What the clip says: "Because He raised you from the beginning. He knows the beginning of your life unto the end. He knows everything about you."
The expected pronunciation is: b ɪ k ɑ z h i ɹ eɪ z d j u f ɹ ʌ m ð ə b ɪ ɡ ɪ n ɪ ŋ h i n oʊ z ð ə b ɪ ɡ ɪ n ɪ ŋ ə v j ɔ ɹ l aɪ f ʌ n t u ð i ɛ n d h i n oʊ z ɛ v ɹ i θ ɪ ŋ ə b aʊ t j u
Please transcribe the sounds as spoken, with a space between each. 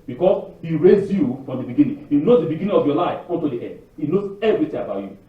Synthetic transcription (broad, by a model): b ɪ k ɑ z h i ɹ eɪ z j u f ɹ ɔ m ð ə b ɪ ɡ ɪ n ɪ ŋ h i n oʊ z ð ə b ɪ ɡ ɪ n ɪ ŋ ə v j ɔ l aɪ f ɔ n t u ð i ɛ d h i n oʊ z ɛ v ɹ i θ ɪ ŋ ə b aʊ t j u